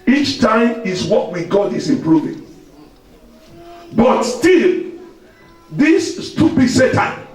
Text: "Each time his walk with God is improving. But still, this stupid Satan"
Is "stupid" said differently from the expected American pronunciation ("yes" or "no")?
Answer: yes